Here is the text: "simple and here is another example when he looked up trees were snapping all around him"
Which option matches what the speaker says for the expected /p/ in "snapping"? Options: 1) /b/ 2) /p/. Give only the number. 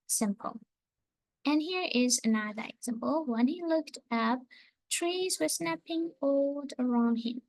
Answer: 2